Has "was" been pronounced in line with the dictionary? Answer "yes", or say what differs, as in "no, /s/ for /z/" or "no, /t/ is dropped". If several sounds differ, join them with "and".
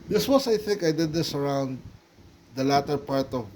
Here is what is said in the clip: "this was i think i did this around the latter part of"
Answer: no, /s/ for /z/